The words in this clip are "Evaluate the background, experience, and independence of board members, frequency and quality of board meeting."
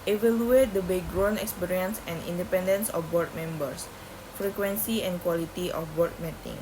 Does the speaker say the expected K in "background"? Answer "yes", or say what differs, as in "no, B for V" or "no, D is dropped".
no, K is dropped